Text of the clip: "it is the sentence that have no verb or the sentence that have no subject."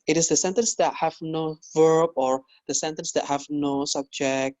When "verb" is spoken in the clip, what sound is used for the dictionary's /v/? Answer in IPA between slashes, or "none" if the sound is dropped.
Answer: /v/